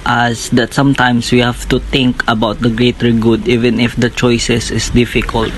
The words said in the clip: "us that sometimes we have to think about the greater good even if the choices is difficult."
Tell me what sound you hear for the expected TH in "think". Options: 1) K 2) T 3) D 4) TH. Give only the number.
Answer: 2